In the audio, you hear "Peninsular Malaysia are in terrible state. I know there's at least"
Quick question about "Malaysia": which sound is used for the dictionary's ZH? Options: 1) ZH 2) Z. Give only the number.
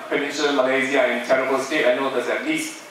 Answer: 2